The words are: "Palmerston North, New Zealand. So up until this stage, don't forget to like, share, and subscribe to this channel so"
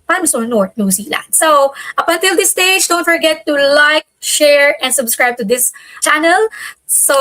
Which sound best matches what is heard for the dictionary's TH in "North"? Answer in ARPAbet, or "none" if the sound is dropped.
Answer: T